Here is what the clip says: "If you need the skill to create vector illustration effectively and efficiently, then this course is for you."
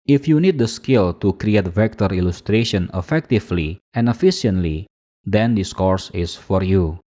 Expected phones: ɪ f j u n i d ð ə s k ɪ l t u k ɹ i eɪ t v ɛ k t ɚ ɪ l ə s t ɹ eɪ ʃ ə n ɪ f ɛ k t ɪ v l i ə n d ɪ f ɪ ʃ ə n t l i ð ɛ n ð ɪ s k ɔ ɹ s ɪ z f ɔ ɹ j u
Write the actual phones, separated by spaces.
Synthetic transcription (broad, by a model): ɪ f j u n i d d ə s k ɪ l t u k ɹ i eɪ t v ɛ k t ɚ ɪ l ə s t ɹ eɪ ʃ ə n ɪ f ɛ k t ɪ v l i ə n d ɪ f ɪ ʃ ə n t l i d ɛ n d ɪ s k ɔ ɹ s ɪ s f ɔ ɹ j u